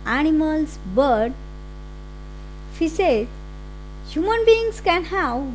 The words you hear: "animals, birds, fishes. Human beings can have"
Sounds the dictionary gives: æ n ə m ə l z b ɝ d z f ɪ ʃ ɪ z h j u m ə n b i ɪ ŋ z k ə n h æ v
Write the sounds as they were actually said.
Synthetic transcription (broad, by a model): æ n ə m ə l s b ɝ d f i s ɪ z h j u m ə n b i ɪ ŋ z k ə n h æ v